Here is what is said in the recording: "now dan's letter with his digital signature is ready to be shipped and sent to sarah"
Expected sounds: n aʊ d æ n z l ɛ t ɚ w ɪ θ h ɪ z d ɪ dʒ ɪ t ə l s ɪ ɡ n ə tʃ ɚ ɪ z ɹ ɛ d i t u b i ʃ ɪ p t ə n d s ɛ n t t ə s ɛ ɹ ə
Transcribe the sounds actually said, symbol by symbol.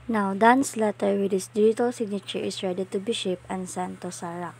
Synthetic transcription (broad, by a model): n aʊ d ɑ n s l ɛ t ɚ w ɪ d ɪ s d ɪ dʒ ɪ t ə l s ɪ ɡ n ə tʃ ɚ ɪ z ɹ ɛ d i t u b i ʃ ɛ p ə n s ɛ n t t ə s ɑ ɹ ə